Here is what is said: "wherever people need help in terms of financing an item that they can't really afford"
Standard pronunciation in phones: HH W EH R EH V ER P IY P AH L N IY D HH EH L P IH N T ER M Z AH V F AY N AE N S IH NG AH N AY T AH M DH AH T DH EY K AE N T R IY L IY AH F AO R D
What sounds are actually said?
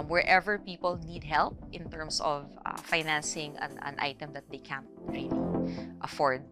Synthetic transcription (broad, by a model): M W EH R EH V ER P IY P AH L N IY D HH EH L P IH N T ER M S AH V F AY N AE N S IH NG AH N AY T AH M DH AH T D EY K AE N T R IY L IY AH F AO R D